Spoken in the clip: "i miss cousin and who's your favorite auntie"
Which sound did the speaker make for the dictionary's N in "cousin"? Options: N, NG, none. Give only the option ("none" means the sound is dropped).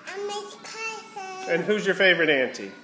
none